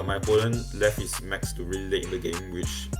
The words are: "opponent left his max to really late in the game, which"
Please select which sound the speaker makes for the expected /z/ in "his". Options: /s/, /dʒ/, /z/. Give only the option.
/s/